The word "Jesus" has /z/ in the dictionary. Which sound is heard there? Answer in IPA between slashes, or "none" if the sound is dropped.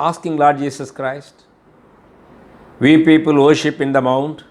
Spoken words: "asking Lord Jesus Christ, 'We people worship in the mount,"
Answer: /s/